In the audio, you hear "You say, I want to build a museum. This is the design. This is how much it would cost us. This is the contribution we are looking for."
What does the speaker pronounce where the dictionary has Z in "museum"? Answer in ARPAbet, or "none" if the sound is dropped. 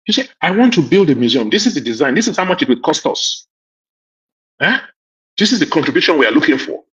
Z